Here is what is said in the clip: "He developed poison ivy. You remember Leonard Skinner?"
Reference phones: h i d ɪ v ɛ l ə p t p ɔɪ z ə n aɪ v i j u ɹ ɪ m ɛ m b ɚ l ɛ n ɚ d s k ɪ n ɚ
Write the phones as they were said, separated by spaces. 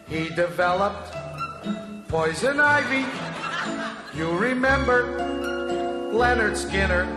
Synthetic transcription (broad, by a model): h i d ɪ v ɛ l ə p t p ɔɪ z ə n aɪ v i j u ɹ ɪ m ɛ m b ɚ l ɛ n ɚ d s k ɪ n ɚ